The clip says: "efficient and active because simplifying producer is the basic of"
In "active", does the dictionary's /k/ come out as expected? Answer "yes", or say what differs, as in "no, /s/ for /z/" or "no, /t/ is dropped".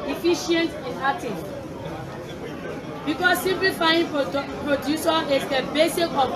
no, /k/ is dropped